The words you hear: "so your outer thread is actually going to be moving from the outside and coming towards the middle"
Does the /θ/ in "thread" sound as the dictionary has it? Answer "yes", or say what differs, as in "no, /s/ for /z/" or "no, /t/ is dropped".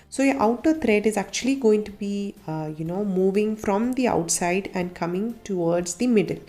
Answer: no, /t/ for /θ/